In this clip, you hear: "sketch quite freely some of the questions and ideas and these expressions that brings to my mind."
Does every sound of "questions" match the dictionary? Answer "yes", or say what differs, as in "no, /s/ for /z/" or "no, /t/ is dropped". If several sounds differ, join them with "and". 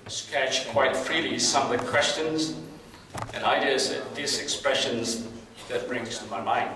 yes